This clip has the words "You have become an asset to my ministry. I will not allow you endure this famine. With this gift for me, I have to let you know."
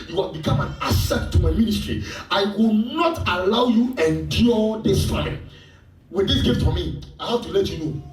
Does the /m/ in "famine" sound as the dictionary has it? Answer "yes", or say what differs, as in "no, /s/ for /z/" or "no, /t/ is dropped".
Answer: no, /m/ is dropped